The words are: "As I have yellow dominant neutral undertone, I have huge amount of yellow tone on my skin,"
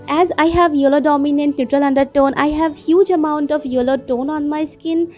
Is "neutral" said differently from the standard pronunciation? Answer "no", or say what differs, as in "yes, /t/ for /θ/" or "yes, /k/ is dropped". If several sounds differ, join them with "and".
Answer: no